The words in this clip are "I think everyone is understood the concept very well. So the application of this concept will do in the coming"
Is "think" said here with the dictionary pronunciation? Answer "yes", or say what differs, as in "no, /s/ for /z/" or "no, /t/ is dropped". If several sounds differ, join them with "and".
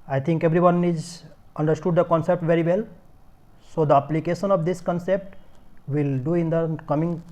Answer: no, /t/ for /θ/